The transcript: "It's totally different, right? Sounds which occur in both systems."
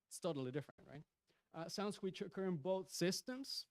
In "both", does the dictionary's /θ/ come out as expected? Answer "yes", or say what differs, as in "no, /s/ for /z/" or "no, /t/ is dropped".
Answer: yes